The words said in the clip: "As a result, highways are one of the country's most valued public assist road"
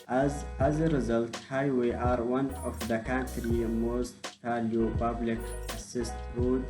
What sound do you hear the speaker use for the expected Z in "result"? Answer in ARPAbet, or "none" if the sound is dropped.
Z